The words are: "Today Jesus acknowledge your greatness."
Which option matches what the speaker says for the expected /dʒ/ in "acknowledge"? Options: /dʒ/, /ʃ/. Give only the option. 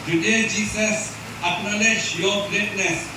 /ʃ/